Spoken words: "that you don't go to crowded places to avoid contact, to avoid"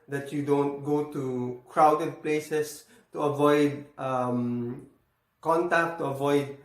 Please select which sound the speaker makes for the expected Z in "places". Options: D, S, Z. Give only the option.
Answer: S